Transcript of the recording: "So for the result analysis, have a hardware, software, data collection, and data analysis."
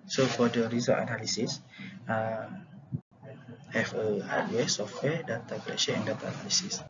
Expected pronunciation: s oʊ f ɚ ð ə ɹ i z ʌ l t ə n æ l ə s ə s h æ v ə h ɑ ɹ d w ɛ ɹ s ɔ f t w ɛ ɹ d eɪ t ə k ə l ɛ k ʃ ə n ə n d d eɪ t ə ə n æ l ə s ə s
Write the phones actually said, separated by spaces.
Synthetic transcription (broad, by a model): s oʊ f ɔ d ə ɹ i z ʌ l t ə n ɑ l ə s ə s h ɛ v ə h ɑ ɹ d w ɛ s ɔ f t w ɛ d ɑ t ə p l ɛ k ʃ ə ə n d d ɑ t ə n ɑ l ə s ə s